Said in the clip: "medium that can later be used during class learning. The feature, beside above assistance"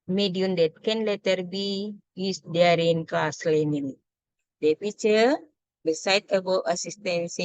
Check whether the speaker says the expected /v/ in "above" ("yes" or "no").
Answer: no